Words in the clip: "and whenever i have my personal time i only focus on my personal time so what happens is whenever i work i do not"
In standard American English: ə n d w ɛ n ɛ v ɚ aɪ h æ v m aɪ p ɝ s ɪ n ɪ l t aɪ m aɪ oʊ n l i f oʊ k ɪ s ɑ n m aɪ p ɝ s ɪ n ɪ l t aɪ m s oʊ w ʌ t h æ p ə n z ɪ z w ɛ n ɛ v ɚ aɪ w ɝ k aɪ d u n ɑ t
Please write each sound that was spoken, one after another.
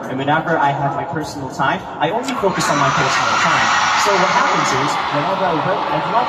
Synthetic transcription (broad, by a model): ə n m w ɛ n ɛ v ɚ aɪ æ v m aɪ p ɝ s n l t aɪ m aɪ oʊ n l i f oʊ k ɪ s n m aɪ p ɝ s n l t aɪ m s oʊ w ʌ t h æ p ə n z ɪ z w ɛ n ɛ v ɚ aɪ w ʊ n aɪ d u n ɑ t